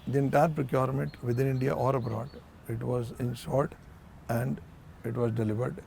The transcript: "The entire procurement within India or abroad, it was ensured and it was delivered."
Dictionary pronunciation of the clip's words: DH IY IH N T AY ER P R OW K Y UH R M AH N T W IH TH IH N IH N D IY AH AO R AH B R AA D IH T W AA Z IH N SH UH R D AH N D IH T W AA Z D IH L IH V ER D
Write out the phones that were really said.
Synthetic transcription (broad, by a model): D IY IH N T AY ER P R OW K Y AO R M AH N T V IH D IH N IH N D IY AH AO R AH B R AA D IH T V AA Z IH N S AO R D AH N D IH T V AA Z D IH L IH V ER D